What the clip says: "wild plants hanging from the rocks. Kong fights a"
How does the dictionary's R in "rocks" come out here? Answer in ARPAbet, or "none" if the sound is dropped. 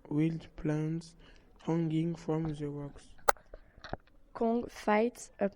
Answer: W